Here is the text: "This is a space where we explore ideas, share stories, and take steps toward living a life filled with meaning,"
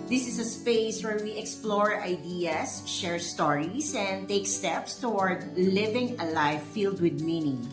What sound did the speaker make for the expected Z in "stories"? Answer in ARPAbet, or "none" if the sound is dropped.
S